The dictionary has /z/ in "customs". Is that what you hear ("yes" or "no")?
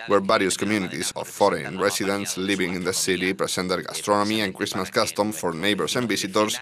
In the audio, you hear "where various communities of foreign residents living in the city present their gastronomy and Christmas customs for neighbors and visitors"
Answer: no